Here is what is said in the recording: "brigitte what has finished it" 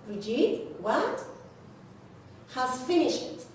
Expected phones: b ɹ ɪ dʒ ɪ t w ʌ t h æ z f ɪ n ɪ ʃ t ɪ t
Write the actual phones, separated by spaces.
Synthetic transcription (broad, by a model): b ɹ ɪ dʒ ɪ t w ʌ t h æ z f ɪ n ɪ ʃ ɪ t